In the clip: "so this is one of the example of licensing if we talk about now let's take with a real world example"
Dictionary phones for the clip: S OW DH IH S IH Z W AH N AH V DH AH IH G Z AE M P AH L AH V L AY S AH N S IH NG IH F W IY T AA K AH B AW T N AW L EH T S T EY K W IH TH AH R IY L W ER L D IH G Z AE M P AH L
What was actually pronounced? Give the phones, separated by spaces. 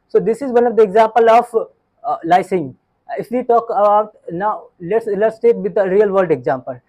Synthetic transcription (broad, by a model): S OW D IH S IH Z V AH N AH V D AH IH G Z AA M P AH L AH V L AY AH S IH NG IH F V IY T AA K AH B AW T N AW L EH T S T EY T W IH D AH R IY L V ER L D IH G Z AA M P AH L